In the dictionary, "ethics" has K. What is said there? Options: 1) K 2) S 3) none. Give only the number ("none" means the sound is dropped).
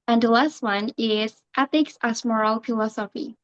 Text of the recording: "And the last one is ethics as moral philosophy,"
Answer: 1